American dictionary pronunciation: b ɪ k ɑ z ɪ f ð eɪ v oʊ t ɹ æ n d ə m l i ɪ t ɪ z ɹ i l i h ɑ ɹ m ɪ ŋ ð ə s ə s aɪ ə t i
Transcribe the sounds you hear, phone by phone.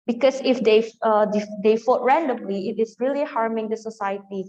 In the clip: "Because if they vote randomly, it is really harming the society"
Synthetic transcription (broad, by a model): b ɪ k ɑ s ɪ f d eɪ f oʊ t ɹ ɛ n d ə m l i ɪ t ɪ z ɹ i l i h ɑ ɹ m ɪ ŋ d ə s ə s aɪ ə t i